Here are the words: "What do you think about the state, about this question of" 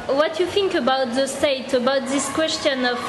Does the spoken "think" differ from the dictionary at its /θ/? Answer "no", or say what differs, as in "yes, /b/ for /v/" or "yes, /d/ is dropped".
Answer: no